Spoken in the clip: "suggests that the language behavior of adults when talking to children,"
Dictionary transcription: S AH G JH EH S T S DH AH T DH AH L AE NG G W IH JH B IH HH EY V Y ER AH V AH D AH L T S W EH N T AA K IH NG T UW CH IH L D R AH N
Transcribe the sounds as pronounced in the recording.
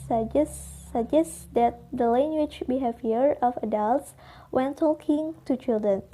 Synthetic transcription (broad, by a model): S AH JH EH S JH S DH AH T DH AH L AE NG G W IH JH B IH HH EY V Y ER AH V AH D AH L T S W EH N T AA K IH NG T UW CH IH L D R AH N